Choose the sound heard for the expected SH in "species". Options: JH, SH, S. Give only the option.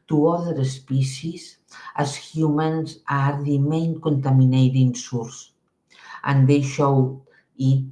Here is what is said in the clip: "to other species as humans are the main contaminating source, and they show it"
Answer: S